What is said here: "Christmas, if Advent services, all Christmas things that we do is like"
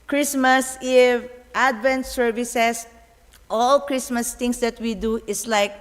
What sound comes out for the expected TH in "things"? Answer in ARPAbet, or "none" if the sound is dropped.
T